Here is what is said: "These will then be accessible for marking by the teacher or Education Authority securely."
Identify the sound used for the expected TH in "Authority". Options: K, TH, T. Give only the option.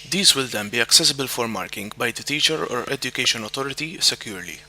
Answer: T